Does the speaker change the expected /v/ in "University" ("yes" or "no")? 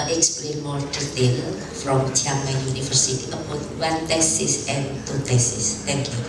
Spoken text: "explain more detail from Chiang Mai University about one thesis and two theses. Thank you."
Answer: yes